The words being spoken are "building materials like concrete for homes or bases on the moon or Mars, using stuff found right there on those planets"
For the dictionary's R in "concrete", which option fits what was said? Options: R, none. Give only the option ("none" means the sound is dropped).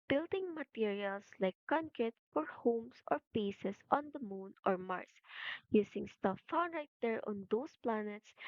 none